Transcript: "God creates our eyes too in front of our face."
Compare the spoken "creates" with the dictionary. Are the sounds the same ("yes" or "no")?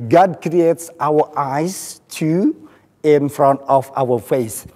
yes